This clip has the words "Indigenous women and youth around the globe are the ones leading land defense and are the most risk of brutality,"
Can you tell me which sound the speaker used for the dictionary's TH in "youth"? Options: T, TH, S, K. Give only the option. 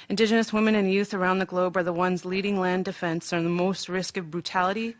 TH